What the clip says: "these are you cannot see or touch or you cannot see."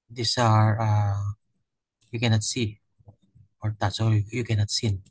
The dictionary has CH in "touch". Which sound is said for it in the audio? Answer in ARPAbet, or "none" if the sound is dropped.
S